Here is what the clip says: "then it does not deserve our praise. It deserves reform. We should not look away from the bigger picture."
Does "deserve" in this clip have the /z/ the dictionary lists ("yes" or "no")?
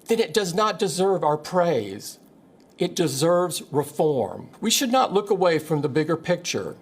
yes